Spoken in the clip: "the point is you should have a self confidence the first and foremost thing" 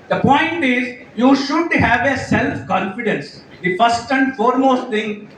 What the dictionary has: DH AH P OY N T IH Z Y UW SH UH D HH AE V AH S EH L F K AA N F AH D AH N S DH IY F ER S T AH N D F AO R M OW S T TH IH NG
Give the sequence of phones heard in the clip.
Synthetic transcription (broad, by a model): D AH P OY N T IH Z Y UW SH UH D HH AE V AH S EH L F K AA N F AH D AH N S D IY F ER S T AH N D F AO R M OW S T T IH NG